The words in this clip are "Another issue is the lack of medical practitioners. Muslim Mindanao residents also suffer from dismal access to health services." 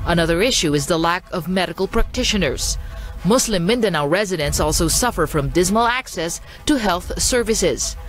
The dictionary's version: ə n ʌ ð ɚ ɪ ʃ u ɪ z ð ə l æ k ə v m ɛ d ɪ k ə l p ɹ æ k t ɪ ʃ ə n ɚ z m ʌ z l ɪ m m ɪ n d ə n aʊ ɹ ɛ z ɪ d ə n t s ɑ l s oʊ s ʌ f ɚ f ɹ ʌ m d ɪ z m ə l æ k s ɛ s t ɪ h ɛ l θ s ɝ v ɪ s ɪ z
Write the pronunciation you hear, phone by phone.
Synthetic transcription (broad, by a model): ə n ʌ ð ɚ ɪ ʃ u ɪ z ð ə l æ k ə v m ɛ d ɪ k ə l p ɹ æ k t ɪ ʃ ə n ɚ z m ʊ s l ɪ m m ɪ n d ə n aʊ ɹ ɛ z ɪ d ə n s ɑ l s oʊ s ʌ f ɚ f ɹ ʌ m d ɪ z m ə l æ k s ɛ s t ɪ h ɛ l θ s ɝ v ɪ s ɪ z